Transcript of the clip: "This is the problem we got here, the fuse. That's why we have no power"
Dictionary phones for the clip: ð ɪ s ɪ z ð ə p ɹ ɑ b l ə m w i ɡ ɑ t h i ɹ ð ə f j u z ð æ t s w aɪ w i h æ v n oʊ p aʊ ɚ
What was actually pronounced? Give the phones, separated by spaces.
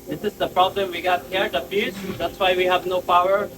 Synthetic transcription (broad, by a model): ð ɪ s ɪ z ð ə p ɹ ɑ b l ə m w i ɡ ɑ t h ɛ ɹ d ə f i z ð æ t s w aɪ w i h æ v n oʊ p aʊ ɚ